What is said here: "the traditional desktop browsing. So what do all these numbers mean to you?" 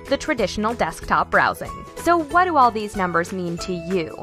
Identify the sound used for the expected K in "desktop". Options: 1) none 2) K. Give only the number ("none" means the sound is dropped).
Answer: 2